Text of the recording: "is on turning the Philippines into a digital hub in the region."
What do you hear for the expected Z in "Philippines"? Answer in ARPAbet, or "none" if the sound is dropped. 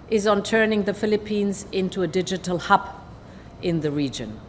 Z